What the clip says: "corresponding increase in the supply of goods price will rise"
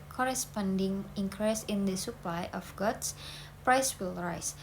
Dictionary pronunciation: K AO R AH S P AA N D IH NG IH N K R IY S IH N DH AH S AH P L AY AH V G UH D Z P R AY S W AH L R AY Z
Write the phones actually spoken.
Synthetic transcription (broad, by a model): K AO R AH S P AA N D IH NG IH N K R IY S IH N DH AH S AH P L AY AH F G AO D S P R AY S W AH L R AY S